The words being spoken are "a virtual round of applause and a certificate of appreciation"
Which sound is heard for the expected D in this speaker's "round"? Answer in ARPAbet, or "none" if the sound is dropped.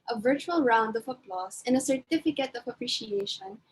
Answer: D